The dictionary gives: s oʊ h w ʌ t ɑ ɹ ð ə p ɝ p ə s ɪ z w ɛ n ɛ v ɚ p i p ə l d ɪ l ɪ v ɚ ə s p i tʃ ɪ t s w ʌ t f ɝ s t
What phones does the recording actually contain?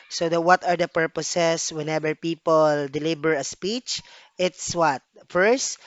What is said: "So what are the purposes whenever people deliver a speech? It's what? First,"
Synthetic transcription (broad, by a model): s oʊ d w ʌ t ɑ ɹ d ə p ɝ p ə s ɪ s w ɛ n ɛ b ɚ p i p ə l d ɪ l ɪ b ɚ ə s p i tʃ ɪ t s w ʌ t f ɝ s t